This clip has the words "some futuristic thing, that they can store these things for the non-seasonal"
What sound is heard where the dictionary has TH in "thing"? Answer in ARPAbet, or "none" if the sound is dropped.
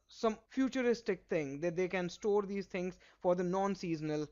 T